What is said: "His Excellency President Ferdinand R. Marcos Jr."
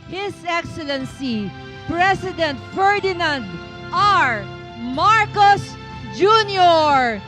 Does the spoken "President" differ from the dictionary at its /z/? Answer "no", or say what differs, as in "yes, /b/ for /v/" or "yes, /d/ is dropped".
yes, /s/ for /z/